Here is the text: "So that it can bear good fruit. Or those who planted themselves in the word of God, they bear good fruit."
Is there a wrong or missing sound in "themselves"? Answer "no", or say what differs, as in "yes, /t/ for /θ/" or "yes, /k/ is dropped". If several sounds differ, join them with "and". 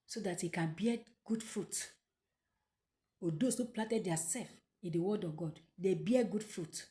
yes, /m/ is dropped